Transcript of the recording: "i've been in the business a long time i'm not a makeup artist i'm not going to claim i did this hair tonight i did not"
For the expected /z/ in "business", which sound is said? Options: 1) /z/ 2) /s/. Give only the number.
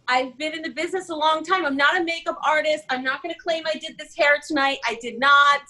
1